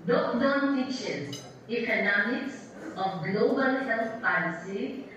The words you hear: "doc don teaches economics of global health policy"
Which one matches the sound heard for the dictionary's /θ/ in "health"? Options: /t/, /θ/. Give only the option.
/t/